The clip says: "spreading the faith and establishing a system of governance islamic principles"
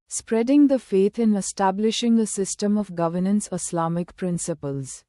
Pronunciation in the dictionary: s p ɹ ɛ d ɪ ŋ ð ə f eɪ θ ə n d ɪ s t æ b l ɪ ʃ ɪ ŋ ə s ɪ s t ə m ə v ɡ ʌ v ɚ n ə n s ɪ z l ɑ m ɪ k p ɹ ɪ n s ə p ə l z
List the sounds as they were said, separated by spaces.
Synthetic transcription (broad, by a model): s p ɹ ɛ d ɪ ŋ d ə f eɪ t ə n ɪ s t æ b l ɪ ʃ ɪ ŋ ə s ɪ s t ə m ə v ɡ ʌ v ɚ n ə n s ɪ s l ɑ m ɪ k p ɹ ɪ n s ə p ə l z